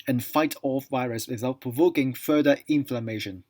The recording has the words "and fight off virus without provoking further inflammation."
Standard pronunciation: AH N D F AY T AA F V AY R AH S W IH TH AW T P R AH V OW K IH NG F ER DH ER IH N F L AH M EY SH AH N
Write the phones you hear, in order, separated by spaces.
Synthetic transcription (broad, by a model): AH N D F AY T AA F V AY R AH S W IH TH AW T P R AH V OW K IH NG F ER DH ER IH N F L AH M EY SH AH N